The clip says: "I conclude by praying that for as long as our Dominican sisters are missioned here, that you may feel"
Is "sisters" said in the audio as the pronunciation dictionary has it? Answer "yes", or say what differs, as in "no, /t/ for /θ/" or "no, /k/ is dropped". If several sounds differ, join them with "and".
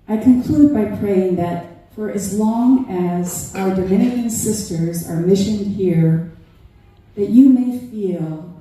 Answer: yes